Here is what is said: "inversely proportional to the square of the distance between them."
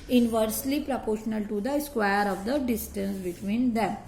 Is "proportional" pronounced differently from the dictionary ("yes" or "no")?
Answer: no